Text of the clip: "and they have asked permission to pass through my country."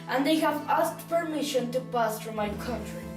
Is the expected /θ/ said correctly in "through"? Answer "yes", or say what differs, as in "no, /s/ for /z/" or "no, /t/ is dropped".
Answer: no, /t/ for /θ/